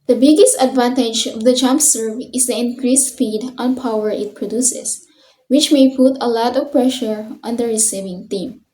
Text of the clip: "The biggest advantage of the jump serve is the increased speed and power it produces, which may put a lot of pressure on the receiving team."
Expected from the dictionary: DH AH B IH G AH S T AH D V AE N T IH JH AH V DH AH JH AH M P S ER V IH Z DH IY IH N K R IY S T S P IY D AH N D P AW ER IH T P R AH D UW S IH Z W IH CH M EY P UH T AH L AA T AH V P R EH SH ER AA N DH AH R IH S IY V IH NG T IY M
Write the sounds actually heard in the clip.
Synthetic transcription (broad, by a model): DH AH B IH G AH S T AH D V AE N T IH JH AH V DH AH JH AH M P S ER V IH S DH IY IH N K R IY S S F IY D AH N P AW ER IH T P R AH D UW S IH S W IH CH M EY P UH T AH L AA T AH V P R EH SH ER AA N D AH R IH S IY V IH NG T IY M